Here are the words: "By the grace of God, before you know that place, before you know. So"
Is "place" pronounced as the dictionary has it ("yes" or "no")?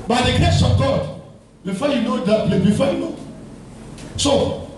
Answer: no